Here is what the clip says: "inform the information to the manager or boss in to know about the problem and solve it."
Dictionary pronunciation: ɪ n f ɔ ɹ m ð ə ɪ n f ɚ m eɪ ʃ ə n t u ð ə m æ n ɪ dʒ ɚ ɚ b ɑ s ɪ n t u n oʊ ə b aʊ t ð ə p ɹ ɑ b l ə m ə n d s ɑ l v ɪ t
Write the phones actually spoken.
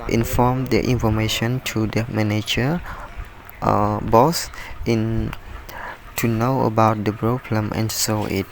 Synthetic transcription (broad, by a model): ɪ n f ɔ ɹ m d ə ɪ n f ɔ m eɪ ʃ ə n t u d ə m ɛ n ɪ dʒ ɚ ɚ b ɑ s ɪ n t u n oʊ ə b aʊ t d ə b ɹ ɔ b l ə m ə n s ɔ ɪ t